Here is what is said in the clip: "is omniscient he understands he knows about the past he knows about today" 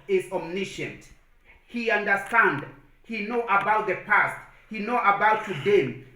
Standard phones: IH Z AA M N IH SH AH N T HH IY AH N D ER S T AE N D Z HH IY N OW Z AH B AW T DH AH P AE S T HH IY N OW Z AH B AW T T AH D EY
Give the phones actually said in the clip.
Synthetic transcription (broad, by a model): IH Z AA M N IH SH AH N T HH IY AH N D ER S T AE N D HH IY N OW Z AH B AW T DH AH P AE S T HH IY N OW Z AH B AW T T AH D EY